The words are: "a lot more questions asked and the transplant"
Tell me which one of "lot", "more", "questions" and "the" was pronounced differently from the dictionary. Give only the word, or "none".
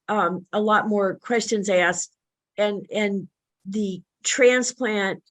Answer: none